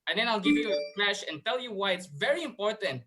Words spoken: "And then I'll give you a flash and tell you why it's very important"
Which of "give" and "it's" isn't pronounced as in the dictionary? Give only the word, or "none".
none